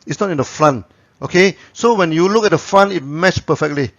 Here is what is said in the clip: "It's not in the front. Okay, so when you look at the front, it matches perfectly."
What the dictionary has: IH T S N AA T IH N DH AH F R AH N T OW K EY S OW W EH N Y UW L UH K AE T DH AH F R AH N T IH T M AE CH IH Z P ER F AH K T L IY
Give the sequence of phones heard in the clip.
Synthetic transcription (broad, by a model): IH T S N AA T IH N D AH F R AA N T OW K EY S OW W EH N Y UW L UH K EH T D AH F R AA N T IH T M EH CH P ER F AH K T L IY